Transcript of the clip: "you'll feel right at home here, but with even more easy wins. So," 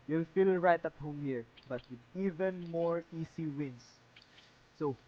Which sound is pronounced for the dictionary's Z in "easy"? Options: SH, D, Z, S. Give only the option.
S